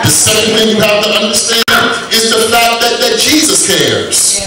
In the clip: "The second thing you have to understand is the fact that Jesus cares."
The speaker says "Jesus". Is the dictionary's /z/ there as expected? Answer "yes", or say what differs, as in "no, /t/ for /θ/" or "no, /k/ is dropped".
yes